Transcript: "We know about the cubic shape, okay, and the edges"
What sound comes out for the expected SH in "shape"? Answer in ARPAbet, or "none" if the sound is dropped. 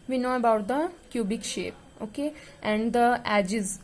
SH